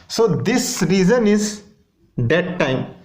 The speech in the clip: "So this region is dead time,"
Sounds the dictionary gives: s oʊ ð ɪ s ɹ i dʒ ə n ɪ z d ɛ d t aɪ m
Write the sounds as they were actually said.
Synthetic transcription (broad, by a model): s oʊ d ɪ s ɹ i z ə n ɪ z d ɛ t t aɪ m